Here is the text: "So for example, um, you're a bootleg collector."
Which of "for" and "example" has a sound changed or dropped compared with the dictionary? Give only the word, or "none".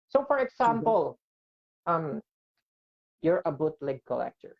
example